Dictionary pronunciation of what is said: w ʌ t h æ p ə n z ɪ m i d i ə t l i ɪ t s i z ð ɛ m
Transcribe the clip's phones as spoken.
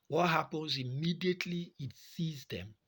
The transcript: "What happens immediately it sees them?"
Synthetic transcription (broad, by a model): w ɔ t h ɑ p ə n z ɪ m i d i ə t l i t s i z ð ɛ m